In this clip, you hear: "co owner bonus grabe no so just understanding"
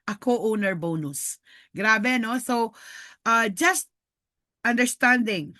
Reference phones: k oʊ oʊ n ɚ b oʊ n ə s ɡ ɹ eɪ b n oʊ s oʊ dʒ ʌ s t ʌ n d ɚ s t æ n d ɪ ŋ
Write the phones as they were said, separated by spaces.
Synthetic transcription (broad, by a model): k oʊ oʊ n ɚ b oʊ n ə s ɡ ɹ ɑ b n oʊ s oʊ dʒ ʌ s t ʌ n d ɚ s t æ n d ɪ ŋ